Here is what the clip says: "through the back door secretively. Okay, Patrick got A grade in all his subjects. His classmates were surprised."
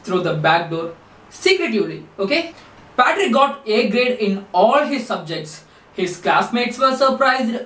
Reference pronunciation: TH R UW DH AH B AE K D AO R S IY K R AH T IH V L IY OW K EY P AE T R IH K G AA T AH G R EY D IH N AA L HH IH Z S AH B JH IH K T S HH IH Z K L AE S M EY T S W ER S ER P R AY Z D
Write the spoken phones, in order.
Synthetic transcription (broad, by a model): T R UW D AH B AE K D AO R S IY K R AH T IH V L IY OW K EY P AE T R IH K G AA T AH G R EY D IH N AA L HH IH Z S AH B JH IH K T S HH IH Z K L AE S M EY T S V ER S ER P R AY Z D